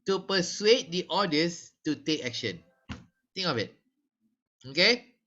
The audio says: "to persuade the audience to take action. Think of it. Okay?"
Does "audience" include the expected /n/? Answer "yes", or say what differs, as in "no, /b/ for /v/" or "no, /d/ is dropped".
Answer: no, /n/ is dropped